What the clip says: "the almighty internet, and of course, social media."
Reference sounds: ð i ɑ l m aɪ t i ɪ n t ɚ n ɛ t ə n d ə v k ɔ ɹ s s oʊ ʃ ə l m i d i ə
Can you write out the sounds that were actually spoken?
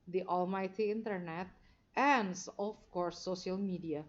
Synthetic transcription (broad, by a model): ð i ɑ l m aɪ t i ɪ n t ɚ n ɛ t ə n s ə f k ɔ ɹ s s oʊ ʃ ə l m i d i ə